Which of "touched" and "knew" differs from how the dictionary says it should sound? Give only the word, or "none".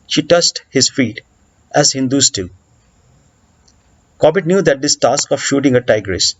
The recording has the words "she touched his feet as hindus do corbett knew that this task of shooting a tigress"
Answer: touched